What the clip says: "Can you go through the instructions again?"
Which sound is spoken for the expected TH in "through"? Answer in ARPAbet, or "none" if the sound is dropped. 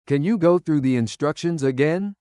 TH